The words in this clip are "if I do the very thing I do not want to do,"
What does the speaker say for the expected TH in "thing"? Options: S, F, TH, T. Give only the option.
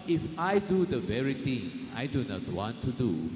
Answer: T